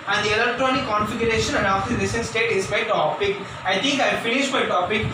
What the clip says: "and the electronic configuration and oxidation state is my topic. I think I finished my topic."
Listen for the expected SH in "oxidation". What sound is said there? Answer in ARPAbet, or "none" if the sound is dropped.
S